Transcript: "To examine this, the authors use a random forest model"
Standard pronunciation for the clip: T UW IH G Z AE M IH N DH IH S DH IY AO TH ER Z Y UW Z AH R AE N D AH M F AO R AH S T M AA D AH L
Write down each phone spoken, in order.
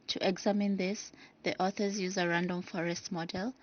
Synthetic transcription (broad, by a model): T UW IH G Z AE M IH N DH IH S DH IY AO TH ER Z Y UW Z AH R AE N D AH M F AO R AH S T M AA D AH L